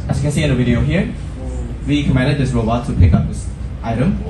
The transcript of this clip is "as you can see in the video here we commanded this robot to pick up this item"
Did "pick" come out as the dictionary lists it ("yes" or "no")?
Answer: yes